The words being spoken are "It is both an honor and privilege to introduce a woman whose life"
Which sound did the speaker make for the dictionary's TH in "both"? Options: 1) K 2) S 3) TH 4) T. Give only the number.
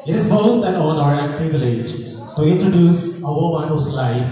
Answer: 4